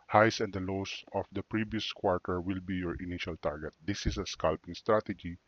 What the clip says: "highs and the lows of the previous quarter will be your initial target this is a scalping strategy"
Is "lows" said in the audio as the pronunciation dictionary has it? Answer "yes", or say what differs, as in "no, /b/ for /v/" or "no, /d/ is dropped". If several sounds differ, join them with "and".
no, /s/ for /z/